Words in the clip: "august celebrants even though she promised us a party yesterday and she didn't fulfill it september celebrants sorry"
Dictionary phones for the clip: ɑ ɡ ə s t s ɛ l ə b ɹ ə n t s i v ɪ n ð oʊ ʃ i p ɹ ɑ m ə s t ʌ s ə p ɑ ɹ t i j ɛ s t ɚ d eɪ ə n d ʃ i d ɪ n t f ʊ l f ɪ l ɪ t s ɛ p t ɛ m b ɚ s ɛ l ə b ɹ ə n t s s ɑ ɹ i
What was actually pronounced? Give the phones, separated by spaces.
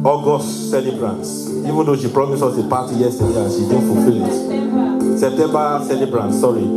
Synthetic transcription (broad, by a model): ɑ ɡ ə s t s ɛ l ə b ɹ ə n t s i v ɪ n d oʊ ʃ i p ɹ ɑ m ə s ɔ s ə p ɑ t i j ɛ s t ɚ d eɪ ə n ʃ i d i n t f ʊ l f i l ɪ t s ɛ p t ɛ m b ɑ s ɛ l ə b ɹ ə n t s s ɑ ɹ i